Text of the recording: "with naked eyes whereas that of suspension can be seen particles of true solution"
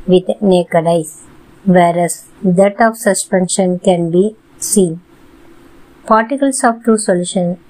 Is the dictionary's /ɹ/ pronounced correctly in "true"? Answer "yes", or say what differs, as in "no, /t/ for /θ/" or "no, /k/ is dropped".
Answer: no, /ɹ/ is dropped